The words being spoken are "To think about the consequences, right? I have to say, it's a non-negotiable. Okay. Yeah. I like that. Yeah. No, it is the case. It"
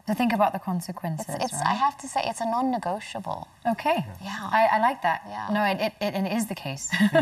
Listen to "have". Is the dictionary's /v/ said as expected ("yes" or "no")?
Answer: no